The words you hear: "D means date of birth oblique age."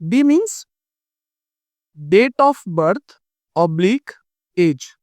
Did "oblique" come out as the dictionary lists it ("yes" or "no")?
yes